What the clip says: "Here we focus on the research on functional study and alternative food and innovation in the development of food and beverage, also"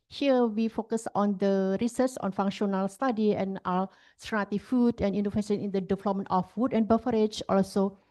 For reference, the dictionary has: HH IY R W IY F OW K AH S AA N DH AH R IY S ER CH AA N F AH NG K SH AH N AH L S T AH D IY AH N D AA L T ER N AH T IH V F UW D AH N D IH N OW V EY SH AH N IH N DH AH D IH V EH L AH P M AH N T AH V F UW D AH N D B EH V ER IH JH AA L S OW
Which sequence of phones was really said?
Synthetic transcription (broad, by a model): HH IY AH W IY F OW K AH S AA N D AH R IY S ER S AA N F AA NG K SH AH N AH L S T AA D IY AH N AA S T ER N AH T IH F UW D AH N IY N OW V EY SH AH N IH N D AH D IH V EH L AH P M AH N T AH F UW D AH N B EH F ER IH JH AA L S OW